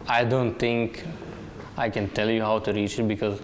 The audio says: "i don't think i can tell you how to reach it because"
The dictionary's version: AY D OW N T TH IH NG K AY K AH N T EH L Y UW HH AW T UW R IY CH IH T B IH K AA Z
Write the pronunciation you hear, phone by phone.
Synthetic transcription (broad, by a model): AY D OW N T T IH NG K AY K AH N T EH L Y UW HH AW T UW R IY CH IH T B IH K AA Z